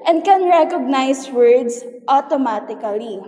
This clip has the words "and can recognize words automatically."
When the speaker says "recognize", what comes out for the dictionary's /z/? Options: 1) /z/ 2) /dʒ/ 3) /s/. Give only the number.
3